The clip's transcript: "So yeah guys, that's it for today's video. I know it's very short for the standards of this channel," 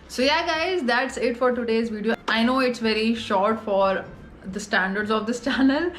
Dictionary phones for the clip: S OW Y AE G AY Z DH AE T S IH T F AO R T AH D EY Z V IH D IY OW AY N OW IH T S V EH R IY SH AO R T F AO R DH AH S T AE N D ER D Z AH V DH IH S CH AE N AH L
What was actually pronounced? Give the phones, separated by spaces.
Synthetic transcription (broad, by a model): S OW Y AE G AY Z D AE T S IH T F AO R T AH D EY Z V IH D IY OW AY N OW IH T S V EH R IY SH AO R T F AO R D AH S T AE N D ER D Z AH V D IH S CH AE N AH L